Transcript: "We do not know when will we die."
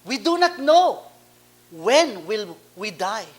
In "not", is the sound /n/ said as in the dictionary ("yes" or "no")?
yes